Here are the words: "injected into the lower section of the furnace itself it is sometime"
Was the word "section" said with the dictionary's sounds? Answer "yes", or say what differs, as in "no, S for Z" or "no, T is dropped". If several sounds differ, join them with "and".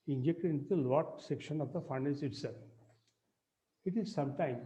yes